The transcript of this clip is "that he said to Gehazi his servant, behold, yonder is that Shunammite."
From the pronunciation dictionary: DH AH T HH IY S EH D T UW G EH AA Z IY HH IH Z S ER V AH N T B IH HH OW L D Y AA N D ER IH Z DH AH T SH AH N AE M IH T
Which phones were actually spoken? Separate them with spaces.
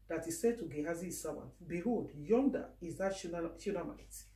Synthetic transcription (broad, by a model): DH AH T HH IY S EH D T UW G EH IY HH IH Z S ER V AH N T B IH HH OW D Y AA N D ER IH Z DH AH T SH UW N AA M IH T